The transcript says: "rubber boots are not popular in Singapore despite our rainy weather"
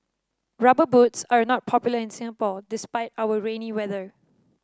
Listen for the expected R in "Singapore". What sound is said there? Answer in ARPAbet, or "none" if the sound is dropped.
L